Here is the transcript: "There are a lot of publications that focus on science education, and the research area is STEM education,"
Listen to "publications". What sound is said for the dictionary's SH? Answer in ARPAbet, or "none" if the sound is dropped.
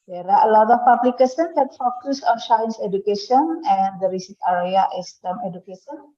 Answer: S